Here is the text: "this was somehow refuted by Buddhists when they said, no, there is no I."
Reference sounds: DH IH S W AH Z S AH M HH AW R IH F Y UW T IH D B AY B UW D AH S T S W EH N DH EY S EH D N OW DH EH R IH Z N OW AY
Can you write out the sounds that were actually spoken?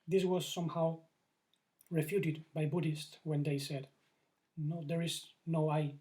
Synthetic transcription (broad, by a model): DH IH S W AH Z S AH M HH AW R IH F Y UW T IH D B AY B UW D AH S T S W EH N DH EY S EH D N OW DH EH R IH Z N OW AY